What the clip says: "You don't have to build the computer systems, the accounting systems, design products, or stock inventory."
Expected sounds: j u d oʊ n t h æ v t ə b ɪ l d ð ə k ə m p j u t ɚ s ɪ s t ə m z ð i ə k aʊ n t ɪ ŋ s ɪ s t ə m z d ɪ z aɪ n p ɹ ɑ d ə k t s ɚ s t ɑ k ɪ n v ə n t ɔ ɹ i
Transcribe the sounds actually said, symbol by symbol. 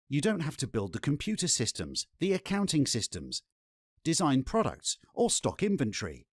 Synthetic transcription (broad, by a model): j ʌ d oʊ n t h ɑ f t ə b ɪ l d ð ə k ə m p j u t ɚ s ɪ s t ə m z ð i ə k aʊ n t ɪ ŋ s ɪ s t ə m z d ɪ z aɪ n p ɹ ɑ d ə k t s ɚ s t ɑ k ɪ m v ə n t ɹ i